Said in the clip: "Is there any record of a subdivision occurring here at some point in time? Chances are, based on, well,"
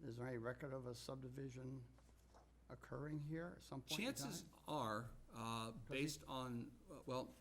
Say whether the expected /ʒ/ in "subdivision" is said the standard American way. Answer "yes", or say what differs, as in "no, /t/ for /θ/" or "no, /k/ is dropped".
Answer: yes